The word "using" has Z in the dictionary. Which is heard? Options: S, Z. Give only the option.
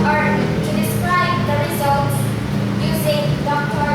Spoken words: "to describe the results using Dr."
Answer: Z